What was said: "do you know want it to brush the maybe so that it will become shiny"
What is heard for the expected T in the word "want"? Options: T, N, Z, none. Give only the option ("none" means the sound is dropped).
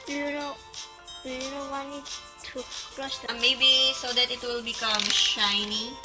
none